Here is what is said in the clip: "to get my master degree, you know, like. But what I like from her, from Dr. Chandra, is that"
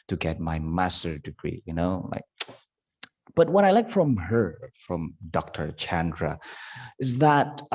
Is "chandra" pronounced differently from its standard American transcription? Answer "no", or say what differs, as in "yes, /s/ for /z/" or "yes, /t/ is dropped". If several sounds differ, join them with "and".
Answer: no